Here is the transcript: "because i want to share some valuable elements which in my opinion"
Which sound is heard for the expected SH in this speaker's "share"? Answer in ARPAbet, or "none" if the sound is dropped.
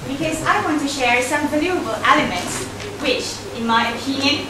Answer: SH